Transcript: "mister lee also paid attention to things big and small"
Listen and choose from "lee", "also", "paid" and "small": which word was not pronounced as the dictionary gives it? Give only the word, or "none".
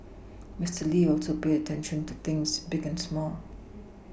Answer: paid